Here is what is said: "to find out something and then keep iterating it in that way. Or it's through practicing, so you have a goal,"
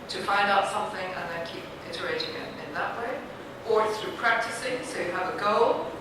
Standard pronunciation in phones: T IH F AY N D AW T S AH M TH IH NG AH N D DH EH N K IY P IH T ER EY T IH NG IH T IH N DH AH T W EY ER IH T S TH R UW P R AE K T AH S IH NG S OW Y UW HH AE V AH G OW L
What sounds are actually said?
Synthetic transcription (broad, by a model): T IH F AY N D AW T S AH M TH IH NG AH N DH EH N K IY P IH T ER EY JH IH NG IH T IH N DH AH T W EY ER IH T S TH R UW P R AE K T AH S IH NG S OW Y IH V AH G OW L